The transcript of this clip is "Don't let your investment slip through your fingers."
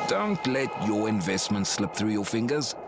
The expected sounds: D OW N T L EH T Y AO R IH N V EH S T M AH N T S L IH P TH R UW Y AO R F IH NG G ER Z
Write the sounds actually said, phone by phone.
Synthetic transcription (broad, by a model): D OW N T L EH T Y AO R IH N V EH S T M AH N T S L IH P TH R UW Y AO F IH NG G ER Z